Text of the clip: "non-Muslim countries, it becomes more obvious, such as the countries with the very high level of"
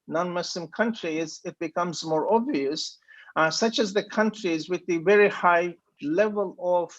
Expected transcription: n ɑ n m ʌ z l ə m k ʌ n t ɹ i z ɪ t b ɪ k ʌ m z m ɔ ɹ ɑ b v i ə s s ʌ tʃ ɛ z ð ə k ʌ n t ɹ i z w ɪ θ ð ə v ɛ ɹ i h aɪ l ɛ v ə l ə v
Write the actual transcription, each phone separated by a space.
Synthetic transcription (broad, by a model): n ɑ n m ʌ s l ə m k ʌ n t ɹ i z ɪ t b ɪ k ʌ m z m ɔ ɹ ɑ b v i ə s s ʌ tʃ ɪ z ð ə k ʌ n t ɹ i z w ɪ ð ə v ɛ ɹ i h aɪ l ɛ v ə l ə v